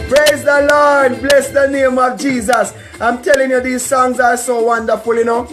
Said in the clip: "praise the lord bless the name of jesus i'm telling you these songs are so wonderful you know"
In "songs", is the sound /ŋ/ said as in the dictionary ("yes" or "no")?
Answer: yes